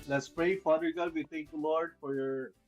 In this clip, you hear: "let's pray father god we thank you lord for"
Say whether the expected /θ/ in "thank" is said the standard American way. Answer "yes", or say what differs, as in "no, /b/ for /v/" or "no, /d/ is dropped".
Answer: no, /t/ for /θ/